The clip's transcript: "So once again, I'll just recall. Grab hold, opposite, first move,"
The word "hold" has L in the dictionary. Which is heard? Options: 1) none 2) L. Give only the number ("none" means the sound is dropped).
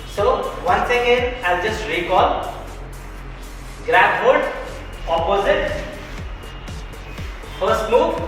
1